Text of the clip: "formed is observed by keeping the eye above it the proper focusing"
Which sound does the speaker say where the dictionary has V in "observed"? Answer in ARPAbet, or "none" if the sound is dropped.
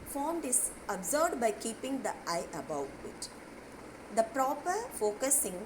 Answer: none